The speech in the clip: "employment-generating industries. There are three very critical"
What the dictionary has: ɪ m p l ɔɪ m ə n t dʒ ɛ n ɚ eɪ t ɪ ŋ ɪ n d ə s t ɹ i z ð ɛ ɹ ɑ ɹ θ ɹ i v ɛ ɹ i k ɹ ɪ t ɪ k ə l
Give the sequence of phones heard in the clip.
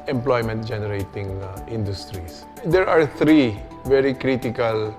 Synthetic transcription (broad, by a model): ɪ m p l ɔɪ m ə n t dʒ ɛ n ɚ eɪ t ɪ ŋ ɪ n d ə s t ɹ i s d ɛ ɹ ɑ ɹ t ɹ i v ɛ ɹ i k ɹ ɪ t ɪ k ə l